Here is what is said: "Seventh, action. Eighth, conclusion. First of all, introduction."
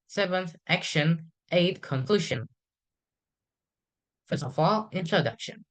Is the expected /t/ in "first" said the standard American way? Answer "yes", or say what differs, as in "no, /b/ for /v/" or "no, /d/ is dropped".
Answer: no, /t/ is dropped